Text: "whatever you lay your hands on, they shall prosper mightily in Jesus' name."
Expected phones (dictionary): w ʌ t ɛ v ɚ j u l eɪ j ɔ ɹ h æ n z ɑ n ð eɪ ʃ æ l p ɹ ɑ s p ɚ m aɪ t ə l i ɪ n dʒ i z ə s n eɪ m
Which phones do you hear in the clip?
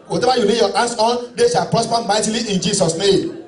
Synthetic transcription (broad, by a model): w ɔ t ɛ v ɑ j u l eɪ j ɔ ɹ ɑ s ɑ n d eɪ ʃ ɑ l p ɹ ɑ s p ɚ m aɪ t ə l i ɪ n dʒ i s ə s n eɪ m